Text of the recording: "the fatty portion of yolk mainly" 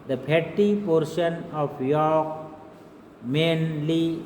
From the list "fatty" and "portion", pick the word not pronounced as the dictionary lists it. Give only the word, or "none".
fatty